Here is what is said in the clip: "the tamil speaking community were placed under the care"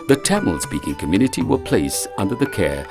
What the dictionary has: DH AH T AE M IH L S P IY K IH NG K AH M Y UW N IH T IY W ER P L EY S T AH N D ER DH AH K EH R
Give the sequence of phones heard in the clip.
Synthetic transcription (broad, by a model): DH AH T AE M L S P IY K IH NG K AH M Y UW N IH T IY W ER P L EY S AH N D ER DH AH K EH R